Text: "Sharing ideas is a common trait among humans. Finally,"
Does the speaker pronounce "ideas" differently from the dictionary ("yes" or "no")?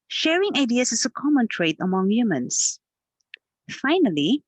yes